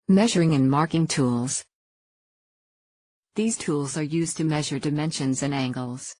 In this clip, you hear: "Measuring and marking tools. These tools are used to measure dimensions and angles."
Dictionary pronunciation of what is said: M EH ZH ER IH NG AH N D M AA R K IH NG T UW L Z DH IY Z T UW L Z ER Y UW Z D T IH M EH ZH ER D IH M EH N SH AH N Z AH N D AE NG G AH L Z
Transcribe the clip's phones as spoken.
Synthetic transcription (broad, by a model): M EH ZH ER IH NG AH N M AA R K IH NG T UW L Z DH IY Z T UW L Z ER Y UW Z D T IH M EH ZH ER D IH M EH N SH AH N Z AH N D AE NG G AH L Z